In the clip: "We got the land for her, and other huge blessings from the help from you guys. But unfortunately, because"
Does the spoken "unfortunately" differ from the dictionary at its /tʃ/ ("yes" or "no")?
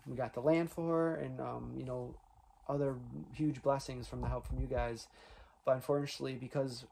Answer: yes